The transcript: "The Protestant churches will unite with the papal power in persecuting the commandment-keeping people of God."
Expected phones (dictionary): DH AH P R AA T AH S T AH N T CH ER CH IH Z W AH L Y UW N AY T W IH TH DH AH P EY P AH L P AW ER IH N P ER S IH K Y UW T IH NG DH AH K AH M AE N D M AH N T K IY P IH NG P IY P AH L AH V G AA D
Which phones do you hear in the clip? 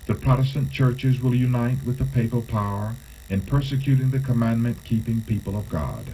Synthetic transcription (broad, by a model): DH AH P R AA T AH S T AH N CH ER CH IH Z W AH L Y UW N AY T W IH DH AH P EY P AH L P AW ER IH N P ER S IH K Y UW T IH NG DH AH K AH M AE N M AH N K IY P IH NG P IY P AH L AH V G AA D